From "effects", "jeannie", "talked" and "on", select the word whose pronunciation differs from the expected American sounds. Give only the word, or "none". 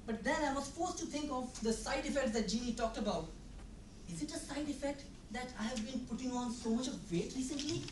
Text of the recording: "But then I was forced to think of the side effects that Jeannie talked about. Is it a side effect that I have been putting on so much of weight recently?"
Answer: none